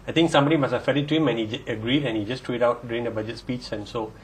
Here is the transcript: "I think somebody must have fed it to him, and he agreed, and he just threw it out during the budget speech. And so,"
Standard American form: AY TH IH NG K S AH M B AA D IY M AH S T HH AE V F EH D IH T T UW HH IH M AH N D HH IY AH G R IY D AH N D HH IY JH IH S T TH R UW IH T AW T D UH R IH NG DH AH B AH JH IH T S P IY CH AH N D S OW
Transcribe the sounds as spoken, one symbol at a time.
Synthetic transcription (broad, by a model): AY T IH NG K S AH M B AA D IY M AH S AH F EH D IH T T UW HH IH M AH N HH IY AH G R IY D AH N HH IY JH IH S T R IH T AW T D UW R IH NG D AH B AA JH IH T S P IY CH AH N S OW